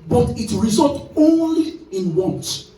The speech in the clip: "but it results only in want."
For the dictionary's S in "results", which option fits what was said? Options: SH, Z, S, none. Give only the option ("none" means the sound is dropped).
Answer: none